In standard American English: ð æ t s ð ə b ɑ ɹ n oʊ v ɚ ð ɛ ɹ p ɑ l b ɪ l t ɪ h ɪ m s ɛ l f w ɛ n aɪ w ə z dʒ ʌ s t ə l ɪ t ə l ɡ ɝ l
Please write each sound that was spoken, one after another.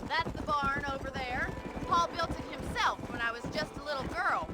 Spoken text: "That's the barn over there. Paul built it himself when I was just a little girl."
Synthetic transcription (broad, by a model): ð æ t s ð ə b ɑ ɹ n oʊ v ɚ ð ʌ ɹ p ɑ l b ɪ l t ɪ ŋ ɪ m s ɛ l f w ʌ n aɪ w ə z dʒ ʌ s t ə l ɪ t l ɡ ɝ l